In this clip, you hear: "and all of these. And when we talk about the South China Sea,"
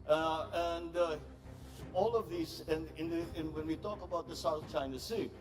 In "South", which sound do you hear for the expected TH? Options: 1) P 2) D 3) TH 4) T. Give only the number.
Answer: 3